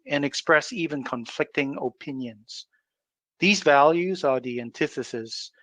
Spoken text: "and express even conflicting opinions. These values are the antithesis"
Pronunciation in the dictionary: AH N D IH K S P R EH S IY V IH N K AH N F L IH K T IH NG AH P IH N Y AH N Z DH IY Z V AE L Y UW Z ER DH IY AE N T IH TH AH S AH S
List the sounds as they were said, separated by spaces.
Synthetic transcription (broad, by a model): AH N IH K S P R EH S IY V IH N K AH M F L IH K T IH NG AH P IH N Y AH N Z DH IY Z V AE L Y UW Z ER DH IY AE N T IH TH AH S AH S